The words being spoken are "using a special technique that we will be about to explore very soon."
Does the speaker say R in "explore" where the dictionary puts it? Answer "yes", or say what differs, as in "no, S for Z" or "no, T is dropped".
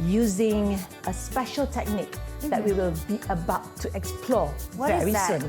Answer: no, W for R